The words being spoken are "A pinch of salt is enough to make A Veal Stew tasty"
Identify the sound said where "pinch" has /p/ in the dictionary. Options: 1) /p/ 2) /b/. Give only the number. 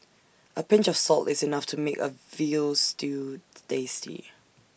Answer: 1